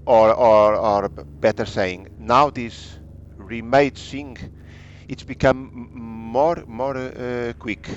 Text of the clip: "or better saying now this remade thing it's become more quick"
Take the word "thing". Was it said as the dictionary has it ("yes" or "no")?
no